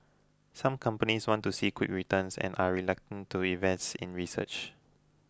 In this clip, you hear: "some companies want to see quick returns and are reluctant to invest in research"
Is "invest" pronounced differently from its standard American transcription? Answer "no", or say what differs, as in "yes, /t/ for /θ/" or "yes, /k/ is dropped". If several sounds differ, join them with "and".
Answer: yes, /n/ is dropped